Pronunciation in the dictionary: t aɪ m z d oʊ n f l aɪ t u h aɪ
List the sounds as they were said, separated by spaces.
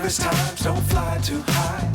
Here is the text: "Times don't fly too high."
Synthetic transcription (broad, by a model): t aɪ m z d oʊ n f l aɪ t u h aɪ